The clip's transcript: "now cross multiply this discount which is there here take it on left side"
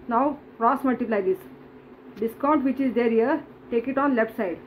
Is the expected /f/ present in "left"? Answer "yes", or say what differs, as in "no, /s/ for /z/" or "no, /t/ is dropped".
no, /p/ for /f/